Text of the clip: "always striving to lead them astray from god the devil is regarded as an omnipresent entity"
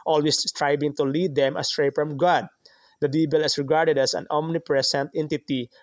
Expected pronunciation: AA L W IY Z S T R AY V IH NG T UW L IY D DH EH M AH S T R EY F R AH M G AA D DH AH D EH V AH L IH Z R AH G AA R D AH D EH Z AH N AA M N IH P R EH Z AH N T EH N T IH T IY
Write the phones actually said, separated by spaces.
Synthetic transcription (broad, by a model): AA L W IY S S T R AY B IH NG T UW L IY D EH M AH S T R EY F R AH M G AA D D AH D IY B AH L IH S R AH G AA R D AH D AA S AH N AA M N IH P R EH S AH N T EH N T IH T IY